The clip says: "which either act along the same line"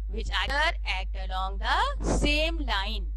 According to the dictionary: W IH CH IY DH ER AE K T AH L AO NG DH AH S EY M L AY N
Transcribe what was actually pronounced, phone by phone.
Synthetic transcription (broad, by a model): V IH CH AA ER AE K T AH L AO NG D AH S EY M L AY N